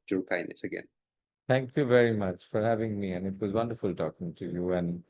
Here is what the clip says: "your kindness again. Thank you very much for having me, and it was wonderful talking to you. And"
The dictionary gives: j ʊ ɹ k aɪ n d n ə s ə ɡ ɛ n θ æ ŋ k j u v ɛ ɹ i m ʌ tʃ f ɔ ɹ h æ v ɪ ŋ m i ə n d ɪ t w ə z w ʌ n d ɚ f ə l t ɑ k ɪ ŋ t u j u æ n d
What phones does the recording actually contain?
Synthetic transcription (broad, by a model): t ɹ k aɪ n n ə s ə ɡ ɛ n t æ ŋ k j u v ɛ ɹ i m ʌ tʃ f ɔ ɹ h æ v ɪ ŋ m i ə n ɪ t w ə z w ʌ n d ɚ f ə l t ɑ k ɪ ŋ t u j u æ n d